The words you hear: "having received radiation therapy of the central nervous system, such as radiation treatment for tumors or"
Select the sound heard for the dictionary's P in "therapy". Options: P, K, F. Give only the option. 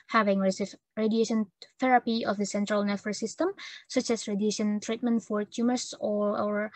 P